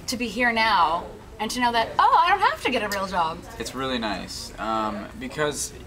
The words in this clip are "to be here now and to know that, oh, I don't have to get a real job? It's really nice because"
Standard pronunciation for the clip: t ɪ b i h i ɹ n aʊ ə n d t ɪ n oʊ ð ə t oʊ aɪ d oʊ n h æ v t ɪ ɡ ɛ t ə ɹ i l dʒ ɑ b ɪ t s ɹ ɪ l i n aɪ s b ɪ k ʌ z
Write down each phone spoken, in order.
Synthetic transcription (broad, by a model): t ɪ b i h i ɹ n aʊ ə n t ɪ n oʊ ð ə t oʊ aɪ d oʊ n h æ f t ɪ ɡ ɛ t ə ɹ i l dʒ ɑ b ɪ t s ɹ ɪ l i n aɪ s b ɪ k ʌ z